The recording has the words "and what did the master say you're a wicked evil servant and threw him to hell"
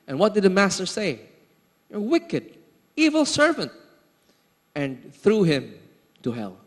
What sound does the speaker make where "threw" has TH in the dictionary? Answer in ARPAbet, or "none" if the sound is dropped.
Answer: TH